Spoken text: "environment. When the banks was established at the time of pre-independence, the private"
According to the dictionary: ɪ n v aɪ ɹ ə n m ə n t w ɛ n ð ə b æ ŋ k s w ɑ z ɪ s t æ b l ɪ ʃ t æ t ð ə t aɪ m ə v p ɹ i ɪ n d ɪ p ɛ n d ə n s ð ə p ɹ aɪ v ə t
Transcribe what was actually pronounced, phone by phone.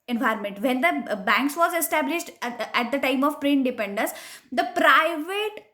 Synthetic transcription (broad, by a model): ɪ n v aɪ ɹ m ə n t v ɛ n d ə b æ ŋ k s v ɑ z ɪ s t æ b l ɪ ʃ t æ t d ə t aɪ m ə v p ɹ i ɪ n d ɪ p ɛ n d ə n s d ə p ɹ aɪ v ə t